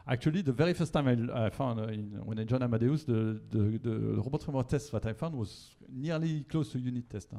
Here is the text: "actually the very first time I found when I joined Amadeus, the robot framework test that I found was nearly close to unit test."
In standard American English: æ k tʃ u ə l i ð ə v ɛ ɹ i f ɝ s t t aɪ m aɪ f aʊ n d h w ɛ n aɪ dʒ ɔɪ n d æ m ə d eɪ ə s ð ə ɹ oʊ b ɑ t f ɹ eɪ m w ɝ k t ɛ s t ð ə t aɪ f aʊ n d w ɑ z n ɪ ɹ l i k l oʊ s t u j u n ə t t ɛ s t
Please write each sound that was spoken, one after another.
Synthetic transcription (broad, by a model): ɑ k tʃ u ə l i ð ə v ɛ ɹ i f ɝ s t t aɪ m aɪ f aʊ n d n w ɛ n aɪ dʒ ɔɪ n ɑ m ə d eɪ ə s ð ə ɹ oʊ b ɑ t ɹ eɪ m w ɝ t ɛ s t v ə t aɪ f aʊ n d w ɑ z n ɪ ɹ l i k l oʊ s t u j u n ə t t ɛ s t